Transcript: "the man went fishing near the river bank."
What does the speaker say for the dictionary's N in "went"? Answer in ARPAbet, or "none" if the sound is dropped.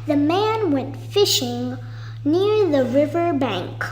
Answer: N